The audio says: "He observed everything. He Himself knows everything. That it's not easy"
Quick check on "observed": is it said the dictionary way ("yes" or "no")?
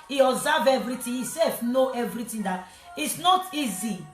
no